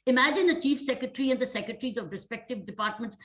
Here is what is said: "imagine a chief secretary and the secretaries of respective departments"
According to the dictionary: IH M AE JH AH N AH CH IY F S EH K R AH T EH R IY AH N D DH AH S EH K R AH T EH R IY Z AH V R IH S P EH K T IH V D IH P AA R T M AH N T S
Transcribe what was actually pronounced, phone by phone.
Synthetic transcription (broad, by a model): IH M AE JH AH N AH CH IY F S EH K R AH T R IY AH N D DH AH S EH K R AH T R IY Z AH V R IH S P EH K T IH V D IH P AA R T M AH N T S